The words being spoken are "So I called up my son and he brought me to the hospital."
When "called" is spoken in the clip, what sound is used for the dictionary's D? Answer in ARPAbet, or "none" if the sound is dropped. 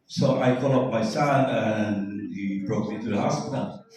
none